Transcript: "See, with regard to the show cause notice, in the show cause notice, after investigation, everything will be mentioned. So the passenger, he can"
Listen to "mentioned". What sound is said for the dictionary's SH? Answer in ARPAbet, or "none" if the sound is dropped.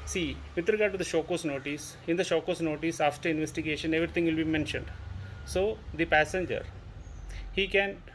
SH